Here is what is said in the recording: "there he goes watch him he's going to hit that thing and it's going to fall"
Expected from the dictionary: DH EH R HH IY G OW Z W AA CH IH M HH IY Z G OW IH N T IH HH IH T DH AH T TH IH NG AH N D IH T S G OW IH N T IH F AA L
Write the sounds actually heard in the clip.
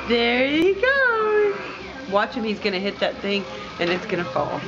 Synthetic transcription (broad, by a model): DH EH R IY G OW W AA CH IH M HH IY Z G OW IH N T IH HH IH T DH AH T TH IH NG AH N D IH T S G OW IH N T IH F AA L